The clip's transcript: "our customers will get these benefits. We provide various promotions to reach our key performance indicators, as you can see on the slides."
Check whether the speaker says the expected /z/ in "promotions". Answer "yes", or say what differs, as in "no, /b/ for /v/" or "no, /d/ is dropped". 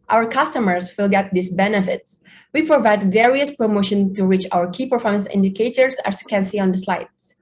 no, /z/ is dropped